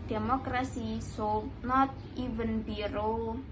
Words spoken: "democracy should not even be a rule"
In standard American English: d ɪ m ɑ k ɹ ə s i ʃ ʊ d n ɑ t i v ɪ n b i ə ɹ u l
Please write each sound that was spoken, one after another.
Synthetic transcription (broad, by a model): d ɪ m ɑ k ɹ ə s i s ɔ n ɑ t i v ɪ n b i ɹ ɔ